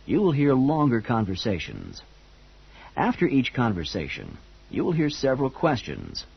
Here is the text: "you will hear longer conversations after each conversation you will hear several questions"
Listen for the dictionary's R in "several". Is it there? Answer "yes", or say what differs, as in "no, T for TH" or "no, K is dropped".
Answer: yes